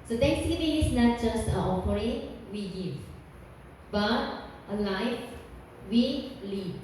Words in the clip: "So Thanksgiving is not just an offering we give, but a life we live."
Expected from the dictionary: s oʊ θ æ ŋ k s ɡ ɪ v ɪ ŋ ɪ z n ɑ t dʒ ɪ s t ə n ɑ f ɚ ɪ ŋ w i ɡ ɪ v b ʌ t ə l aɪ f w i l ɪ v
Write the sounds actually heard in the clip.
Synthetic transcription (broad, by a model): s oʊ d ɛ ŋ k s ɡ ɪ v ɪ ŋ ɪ s n ɑ t dʒ ɪ s t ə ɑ p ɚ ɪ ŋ w i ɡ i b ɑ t ə l aɪ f w i l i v